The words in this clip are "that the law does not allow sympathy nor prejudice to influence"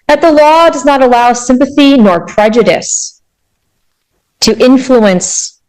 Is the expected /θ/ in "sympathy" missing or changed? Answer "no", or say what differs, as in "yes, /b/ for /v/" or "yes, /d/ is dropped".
no